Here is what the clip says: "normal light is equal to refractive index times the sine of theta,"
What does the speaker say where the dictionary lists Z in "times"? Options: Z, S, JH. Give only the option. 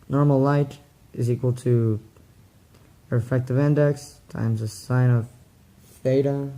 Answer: Z